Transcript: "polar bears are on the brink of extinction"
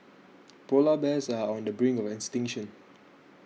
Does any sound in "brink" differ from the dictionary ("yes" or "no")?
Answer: yes